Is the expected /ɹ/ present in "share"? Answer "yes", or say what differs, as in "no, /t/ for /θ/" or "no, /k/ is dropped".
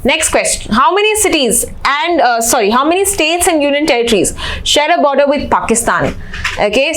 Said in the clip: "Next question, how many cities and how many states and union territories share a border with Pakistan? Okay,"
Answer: yes